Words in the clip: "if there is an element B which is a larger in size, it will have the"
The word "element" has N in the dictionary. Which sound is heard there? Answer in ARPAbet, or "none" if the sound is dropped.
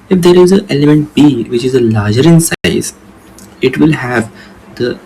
N